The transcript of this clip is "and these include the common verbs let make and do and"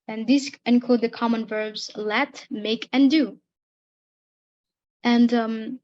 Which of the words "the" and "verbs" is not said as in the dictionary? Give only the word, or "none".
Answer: none